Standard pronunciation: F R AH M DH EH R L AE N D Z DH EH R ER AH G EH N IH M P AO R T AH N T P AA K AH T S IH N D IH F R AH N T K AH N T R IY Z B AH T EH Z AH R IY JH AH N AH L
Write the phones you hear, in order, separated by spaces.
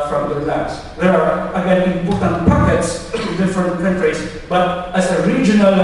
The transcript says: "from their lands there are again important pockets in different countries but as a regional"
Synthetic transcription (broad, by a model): F R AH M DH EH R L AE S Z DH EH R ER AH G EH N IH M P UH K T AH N P AA K AH T S IH N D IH F R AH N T K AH N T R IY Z B AH T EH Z AH R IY JH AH N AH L